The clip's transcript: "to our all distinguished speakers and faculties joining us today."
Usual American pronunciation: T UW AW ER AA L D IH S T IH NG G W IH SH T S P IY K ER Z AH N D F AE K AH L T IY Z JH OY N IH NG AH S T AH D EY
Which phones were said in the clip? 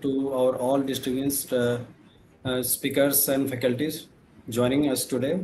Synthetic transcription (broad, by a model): T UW AW ER AA L D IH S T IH G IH S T S P IY K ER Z AH N D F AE K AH L T IY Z JH OY N IH NG AH S T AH D EY